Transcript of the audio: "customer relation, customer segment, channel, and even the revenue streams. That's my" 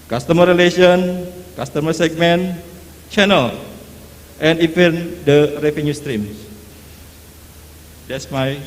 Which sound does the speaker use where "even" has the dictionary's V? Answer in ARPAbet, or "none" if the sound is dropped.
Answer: F